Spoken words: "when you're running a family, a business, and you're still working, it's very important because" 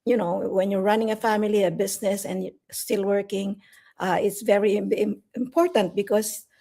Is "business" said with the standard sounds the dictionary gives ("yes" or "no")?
no